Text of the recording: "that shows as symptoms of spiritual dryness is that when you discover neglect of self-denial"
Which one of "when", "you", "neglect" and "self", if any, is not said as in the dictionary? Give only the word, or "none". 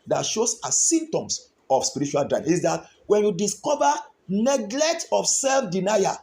none